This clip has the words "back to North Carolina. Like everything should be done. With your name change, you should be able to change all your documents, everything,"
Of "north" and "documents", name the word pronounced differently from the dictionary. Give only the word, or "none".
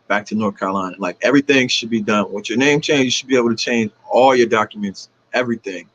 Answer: none